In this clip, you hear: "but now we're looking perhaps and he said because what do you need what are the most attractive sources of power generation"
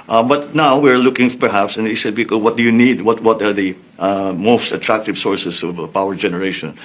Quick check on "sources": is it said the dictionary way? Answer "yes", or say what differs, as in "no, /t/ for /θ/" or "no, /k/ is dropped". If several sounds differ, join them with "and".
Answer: no, /s/ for /z/